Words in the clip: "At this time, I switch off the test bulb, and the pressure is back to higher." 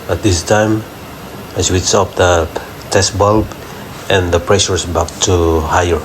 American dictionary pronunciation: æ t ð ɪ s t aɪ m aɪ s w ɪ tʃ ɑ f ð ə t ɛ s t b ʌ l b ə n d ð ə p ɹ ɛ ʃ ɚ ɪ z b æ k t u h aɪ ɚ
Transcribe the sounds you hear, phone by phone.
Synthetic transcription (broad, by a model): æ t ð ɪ s t aɪ m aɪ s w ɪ s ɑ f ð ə t ɛ s t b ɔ l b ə n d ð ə p ɹ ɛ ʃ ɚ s b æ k t u h aɪ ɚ